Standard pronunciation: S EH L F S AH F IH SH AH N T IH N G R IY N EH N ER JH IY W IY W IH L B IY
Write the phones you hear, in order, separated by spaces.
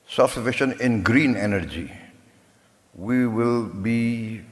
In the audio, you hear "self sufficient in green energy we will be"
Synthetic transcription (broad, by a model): S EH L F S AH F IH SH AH N IH N G R IY N EH N ER JH IY W IY W IH L B IY